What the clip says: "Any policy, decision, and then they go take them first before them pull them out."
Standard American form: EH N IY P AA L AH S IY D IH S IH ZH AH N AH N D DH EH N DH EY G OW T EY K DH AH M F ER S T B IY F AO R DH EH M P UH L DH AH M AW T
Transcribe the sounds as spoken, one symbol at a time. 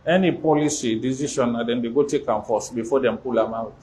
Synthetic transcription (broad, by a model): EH N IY P AA L AH S IY D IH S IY SH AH N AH D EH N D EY G OW T EY K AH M F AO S B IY F AO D EH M P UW L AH M AW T